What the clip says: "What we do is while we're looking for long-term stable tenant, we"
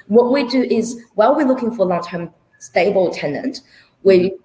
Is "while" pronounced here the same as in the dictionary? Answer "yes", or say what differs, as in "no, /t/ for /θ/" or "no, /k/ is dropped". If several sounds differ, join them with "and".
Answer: yes